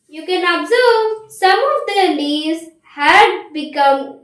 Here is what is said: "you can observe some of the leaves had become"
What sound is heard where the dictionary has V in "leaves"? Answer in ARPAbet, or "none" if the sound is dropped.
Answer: none